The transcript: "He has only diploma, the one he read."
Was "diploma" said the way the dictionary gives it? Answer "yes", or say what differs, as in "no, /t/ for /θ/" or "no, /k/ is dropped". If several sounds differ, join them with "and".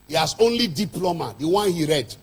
yes